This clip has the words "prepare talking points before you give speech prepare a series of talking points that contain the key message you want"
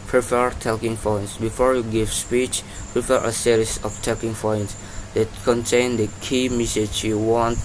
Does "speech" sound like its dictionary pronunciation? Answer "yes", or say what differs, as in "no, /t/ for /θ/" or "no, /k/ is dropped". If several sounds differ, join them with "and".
yes